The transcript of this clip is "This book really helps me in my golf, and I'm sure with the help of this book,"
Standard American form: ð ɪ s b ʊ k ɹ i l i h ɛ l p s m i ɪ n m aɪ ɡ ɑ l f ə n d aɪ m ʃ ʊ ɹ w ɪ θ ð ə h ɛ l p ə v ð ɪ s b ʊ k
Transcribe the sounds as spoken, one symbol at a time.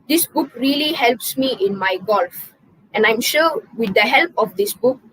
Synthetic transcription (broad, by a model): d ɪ s b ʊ k ɹ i l i h ɛ l p s m i ɪ n m aɪ ɡ ɑ l f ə n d aɪ m ʃ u w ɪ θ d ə h ɛ l p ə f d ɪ s b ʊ k